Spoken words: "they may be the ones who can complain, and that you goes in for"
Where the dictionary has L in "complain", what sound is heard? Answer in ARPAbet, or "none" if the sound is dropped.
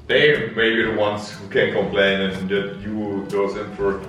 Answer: L